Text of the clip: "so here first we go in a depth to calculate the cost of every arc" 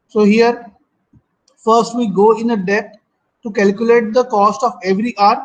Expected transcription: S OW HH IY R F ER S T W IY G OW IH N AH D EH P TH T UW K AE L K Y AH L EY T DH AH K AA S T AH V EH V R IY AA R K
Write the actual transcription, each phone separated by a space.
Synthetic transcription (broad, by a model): S OW HH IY R F ER S T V IY G OW IH N AH D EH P T T UW K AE L K Y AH L EY T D AH K AA S T AH V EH V R IY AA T